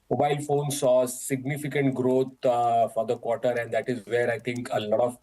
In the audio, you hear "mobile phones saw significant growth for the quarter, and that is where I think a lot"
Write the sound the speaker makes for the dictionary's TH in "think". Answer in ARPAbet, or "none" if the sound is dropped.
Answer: T